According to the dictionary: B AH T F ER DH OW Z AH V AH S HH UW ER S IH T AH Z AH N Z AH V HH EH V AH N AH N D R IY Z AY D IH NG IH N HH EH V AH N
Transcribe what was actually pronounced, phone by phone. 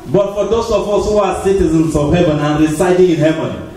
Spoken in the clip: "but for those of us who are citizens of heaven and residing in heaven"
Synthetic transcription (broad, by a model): B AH T F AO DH OW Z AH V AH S HH UW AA S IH T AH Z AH N S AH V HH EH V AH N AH N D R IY S AY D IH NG IH N HH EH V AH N